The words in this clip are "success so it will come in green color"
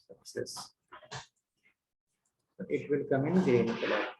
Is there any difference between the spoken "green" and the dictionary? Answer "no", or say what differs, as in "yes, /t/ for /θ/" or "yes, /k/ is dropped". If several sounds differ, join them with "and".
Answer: yes, /ɹ/ is dropped